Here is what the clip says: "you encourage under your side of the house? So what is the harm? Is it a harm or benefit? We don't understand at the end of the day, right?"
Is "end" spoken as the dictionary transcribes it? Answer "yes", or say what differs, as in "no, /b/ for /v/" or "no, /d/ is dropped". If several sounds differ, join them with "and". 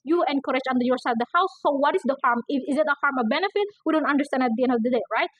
yes